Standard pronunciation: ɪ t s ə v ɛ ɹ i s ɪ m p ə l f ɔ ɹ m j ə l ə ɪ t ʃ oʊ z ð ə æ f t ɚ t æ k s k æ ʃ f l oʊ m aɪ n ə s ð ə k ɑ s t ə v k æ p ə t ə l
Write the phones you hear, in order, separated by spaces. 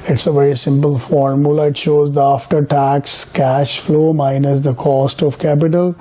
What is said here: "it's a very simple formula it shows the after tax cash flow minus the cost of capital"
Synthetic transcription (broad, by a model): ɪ t s ə v ɛ ɹ i s ɪ m p ə l f ɔ ɹ m j ə l ə ɪ t ʃ oʊ z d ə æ f t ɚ t æ k s k æ ʃ f l oʊ m aɪ n ə s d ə k ɑ s t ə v k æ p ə t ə l